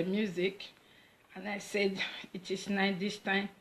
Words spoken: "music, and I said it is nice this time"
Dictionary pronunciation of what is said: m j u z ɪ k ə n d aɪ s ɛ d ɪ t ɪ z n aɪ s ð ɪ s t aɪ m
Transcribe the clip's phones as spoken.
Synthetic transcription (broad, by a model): m j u z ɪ k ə n aɪ s ɛ d ɪ t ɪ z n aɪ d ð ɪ s t aɪ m